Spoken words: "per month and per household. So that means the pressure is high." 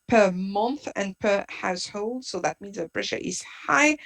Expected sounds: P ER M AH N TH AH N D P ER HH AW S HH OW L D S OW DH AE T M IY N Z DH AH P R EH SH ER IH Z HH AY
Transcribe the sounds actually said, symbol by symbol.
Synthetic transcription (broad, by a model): P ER M AH N TH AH N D P ER HH AW S HH OW L D S OW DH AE T M IY N Z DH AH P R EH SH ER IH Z HH AY